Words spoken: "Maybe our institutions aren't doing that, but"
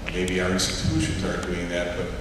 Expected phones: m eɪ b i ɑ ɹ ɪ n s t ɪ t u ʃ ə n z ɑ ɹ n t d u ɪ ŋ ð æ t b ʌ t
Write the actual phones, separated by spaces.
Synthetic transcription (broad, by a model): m eɪ b i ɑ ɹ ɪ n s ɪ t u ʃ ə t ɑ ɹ t d u ɪ ŋ ð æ t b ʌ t